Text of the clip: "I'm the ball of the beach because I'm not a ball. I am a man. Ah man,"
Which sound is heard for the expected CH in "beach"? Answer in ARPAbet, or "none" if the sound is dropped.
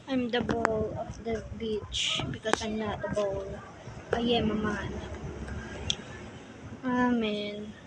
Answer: CH